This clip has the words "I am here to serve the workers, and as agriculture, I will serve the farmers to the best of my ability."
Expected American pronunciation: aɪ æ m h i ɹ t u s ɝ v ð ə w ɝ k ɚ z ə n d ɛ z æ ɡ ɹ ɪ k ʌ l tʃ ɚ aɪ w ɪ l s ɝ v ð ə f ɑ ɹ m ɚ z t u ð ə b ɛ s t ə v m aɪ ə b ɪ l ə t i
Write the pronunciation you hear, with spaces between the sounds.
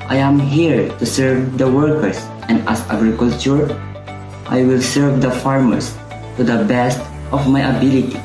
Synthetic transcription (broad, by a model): aɪ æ m h i ɹ t u s ɝ v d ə w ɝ k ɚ s ə n d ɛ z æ ɡ ɹ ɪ k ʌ l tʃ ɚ aɪ w ɪ l s ɝ v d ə f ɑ ɹ m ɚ s t u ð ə b ɛ s t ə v m aɪ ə b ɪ l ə t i